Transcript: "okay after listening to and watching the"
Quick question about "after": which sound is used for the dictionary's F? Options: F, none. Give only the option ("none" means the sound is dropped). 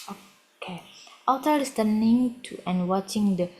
none